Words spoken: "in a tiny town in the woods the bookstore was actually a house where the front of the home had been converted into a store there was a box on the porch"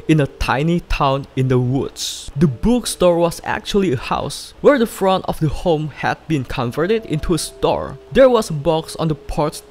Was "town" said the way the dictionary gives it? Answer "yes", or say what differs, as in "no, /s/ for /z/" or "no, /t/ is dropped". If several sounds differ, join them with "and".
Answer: yes